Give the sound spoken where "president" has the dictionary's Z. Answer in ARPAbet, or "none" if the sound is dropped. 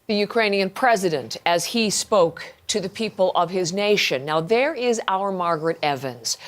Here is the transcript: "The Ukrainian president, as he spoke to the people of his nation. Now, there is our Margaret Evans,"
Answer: Z